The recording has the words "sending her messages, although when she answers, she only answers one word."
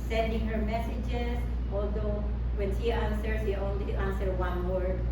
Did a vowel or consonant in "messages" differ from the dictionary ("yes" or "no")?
yes